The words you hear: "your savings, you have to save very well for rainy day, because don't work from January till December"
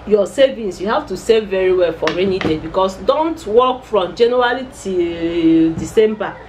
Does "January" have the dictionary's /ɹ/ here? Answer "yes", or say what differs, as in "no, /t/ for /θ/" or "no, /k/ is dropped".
no, /l/ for /ɹ/